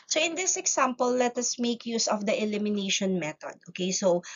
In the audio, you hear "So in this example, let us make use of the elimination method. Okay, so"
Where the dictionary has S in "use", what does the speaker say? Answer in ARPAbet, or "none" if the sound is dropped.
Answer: S